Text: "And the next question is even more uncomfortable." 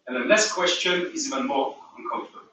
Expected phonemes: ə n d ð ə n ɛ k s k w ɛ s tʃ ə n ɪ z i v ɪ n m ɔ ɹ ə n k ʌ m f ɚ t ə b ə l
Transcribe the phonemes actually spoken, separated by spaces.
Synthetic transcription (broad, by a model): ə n ð ə l ɛ s k w ɛ s tʃ ə n ɪ z i v ɪ n m ɔ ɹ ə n k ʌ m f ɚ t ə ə